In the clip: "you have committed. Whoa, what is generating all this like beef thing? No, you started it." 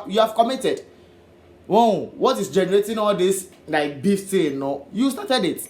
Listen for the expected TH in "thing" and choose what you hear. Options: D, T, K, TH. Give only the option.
T